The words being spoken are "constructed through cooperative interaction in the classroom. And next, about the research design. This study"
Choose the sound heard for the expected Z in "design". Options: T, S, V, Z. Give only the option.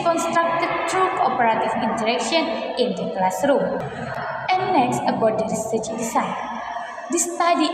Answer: S